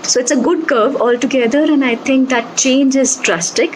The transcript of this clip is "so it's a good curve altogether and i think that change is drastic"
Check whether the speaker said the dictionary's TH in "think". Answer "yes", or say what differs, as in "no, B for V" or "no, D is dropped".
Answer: no, T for TH